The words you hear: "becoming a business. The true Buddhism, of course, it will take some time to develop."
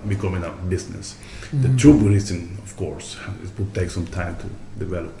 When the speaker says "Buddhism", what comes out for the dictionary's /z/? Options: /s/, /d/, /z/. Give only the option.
/s/